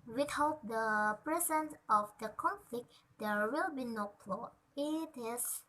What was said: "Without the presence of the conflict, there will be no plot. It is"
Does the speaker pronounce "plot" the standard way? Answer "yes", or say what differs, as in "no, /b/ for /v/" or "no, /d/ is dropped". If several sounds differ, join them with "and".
no, /t/ is dropped